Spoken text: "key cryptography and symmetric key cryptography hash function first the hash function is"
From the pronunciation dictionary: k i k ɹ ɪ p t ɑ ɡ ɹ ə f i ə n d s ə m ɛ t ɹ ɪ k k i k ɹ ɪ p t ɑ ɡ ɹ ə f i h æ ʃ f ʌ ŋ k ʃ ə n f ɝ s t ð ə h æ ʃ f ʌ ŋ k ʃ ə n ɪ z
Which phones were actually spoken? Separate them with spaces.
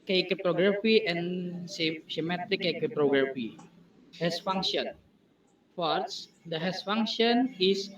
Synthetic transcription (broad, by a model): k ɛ k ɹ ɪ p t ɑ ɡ ɹ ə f i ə n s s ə m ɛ t ɪ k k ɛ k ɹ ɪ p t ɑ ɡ ɹ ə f i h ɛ s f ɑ ŋ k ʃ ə n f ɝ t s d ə h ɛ s f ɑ ŋ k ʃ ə n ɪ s